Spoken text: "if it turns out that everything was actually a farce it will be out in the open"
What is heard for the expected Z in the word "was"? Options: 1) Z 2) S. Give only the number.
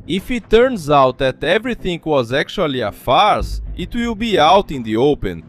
1